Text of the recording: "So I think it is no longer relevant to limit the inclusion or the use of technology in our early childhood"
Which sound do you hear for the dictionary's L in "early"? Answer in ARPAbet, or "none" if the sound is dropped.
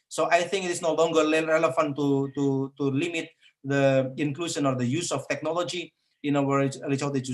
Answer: none